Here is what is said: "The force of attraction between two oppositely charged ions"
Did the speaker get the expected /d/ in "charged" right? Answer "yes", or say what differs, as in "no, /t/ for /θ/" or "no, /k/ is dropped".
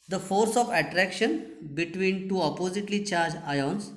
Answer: no, /d/ is dropped